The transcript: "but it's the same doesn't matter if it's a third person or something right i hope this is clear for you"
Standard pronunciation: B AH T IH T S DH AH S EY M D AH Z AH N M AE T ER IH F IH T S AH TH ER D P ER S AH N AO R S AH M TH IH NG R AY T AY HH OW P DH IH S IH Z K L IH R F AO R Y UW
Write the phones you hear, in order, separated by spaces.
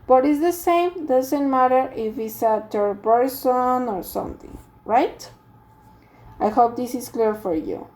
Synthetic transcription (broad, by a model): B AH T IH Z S DH AH S EY M D AH Z AH N M AE T ER IH F IH T S AH T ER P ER S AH N AO R S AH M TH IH NG R AY T AY HH OW P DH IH S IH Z K L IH R F AO R Y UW